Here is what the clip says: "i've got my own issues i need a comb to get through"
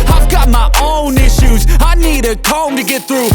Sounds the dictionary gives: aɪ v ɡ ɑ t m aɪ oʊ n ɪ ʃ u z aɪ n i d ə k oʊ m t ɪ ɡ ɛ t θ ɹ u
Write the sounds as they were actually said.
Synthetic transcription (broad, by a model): aɪ v ɡ ɑ t m aɪ oʊ n ɪ ʃ u z aɪ n i d ə k oʊ m t ɪ ɡ ɛ t θ ɹ u